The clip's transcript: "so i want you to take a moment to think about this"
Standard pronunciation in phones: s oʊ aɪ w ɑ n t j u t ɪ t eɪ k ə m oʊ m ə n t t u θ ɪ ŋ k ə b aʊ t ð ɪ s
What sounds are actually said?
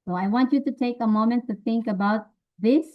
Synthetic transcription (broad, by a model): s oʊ aɪ w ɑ n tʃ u t ɪ t eɪ k ə m oʊ m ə n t t u θ ɪ ŋ k ə b aʊ t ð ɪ s